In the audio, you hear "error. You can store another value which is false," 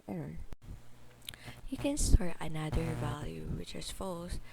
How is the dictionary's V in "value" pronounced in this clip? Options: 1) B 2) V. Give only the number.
2